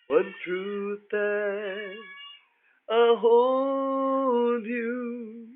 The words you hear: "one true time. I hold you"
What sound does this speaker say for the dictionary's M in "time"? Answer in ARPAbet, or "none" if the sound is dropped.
none